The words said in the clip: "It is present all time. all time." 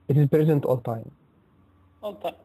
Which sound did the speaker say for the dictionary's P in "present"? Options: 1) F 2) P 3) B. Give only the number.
2